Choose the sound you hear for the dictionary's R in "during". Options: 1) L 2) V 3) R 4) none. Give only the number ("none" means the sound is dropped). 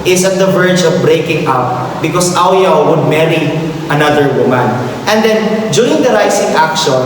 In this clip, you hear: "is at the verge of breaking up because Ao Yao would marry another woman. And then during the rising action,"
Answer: 4